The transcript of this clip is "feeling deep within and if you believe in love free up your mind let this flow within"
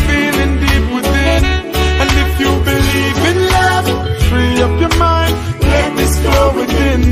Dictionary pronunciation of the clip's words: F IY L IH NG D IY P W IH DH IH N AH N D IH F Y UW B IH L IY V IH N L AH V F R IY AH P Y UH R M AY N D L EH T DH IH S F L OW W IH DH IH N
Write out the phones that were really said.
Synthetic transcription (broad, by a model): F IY L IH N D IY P W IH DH IH N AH N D IH F Y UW B IH L IY V IH N L AH V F R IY AH P Y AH R M AY N D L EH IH DH IH S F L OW W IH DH IH N